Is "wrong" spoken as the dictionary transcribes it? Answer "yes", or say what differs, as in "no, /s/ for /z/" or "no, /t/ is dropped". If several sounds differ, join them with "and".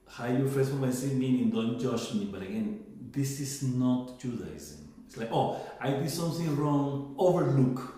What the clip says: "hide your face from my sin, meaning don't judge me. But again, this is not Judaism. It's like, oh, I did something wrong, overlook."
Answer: yes